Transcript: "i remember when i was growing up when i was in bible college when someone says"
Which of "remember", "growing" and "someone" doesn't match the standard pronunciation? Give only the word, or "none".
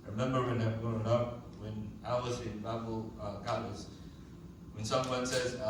growing